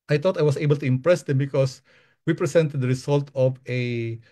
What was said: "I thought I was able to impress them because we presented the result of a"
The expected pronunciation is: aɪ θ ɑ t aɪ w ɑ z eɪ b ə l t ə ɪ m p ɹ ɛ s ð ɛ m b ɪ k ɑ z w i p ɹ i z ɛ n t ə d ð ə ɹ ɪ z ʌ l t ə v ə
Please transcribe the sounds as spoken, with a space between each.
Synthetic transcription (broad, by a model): aɪ t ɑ t aɪ w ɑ s eɪ b ə l t ə ɪ m p ɹ ɛ s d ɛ m b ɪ k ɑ s w i p ɹ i s ɛ n t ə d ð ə ɹ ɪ s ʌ l t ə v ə